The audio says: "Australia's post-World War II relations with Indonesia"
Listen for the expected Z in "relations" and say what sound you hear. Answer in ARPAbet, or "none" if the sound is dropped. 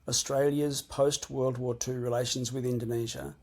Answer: Z